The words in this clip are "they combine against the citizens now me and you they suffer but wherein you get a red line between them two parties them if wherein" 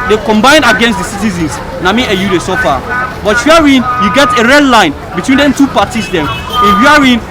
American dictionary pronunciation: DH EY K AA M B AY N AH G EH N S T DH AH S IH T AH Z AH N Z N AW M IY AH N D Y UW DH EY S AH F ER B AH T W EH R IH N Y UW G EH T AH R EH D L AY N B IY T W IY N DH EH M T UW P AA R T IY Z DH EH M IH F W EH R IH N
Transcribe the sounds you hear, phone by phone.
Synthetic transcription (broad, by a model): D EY K AA M B AY N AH G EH N S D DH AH S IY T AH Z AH N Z N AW M IY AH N Y UW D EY S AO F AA B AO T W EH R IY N Y UW G EH T AH R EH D L AY N B IY T W IY N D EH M T UW P AA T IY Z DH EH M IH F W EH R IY N